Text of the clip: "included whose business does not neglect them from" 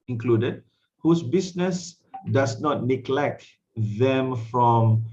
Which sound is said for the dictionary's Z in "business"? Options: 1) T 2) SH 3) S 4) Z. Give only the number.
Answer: 3